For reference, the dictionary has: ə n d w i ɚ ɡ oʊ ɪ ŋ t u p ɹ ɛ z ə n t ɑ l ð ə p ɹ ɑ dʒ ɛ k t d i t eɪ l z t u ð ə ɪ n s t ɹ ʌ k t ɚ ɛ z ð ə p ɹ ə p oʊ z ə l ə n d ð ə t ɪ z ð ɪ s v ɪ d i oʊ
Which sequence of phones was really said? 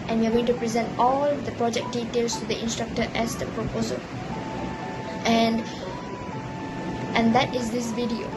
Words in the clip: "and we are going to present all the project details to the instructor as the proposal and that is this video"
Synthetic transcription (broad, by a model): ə n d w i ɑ ɡ oʊ ɪ ŋ t u p ɹ ɛ z ə n t ɑ l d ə p ɹ ɑ dʒ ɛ k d i t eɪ l s t u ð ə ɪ n s t ɹ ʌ k t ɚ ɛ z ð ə p ɹ ə p oʊ z ə l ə n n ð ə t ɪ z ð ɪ s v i d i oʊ